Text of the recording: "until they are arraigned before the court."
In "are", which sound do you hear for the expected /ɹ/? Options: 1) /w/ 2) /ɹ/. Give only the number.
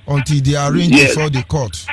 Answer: 2